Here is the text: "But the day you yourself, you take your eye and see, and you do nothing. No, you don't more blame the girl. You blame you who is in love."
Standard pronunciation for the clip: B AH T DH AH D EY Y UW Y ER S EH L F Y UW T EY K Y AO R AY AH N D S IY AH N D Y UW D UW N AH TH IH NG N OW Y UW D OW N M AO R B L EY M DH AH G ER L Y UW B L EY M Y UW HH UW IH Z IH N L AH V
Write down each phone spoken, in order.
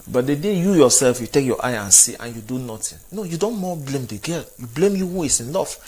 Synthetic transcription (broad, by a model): B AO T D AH D EY Y UW Y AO S EH L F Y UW T EY K Y AO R AY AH N S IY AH N Y UW D UW N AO T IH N N OW Y UW D OW N M AO B L EY M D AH G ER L Y UW B L EY M Y UW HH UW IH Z IH N L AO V